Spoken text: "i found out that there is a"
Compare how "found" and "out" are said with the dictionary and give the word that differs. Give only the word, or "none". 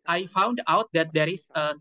none